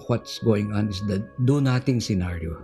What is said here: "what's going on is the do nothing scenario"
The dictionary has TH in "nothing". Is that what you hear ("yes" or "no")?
no